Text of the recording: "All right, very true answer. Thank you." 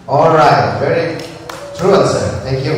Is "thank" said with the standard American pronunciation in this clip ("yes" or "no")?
no